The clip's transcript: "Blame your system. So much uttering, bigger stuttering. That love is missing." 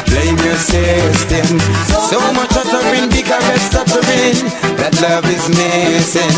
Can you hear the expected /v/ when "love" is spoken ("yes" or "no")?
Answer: yes